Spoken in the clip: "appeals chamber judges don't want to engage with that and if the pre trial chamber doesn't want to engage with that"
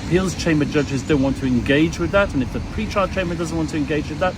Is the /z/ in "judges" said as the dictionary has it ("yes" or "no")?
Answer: yes